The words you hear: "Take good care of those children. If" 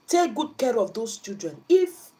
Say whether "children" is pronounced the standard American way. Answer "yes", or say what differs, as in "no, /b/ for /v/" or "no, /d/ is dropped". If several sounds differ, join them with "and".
no, /l/ is dropped